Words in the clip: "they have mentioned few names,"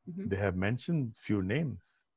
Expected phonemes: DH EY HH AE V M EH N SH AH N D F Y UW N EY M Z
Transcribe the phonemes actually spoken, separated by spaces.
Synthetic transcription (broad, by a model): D EY HH AE V M EH N SH AH N D F Y UW N EY M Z